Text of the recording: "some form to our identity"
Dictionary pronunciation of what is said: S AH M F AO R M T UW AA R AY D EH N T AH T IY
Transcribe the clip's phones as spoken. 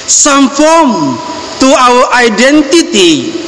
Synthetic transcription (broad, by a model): S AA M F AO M T UW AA W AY D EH N T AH T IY